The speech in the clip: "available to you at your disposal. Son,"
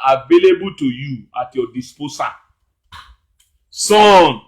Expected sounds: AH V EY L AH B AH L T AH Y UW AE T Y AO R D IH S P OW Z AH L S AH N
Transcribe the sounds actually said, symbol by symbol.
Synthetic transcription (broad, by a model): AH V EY L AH B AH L T AH Y UW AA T Y AO D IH S P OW S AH S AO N